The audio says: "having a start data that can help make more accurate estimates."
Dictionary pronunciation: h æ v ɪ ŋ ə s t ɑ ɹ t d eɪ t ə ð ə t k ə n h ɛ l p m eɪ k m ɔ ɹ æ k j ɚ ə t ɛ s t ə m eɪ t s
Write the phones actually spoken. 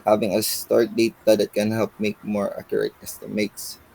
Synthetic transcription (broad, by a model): h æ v ɪ ŋ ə s t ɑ ɹ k d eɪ t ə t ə t k ə n h ɛ l p m eɪ k m ɔ ɹ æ k j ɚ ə t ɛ s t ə m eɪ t s